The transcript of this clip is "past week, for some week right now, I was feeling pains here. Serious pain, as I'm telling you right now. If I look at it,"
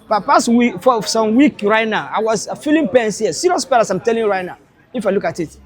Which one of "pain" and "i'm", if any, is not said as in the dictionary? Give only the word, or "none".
pain